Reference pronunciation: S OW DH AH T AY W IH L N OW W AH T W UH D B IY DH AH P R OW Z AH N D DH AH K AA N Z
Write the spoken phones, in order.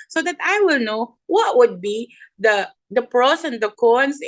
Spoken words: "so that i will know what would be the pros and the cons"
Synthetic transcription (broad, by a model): S OW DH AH T AY W IH L N OW W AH T W UH D B IY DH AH P R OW S AH N D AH K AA N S